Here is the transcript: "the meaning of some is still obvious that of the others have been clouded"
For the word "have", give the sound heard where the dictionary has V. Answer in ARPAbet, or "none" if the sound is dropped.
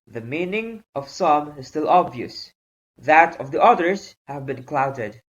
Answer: V